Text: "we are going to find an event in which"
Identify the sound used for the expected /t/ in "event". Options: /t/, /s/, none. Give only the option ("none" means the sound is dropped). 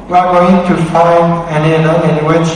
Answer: none